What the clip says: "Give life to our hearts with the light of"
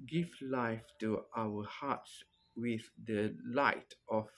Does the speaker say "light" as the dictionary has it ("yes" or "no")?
yes